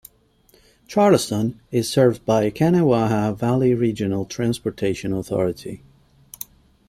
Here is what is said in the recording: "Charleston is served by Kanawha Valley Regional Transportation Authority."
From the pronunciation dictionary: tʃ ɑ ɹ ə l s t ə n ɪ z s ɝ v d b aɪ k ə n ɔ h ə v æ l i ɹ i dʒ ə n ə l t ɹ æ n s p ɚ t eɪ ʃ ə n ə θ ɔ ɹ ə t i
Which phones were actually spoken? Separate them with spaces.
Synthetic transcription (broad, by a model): tʃ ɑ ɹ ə s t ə n ɪ z s ɝ v b aɪ k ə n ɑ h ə v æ l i ɹ i dʒ ə n ə l t ɹ æ n s p ɚ t eɪ ʃ ə n ə θ ɔ ɹ ə t i